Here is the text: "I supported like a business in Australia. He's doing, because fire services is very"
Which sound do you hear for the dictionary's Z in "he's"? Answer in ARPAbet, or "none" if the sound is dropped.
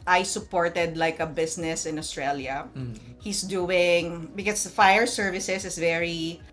S